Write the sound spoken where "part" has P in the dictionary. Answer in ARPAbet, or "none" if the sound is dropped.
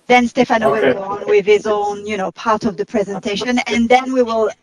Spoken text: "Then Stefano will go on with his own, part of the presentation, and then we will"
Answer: P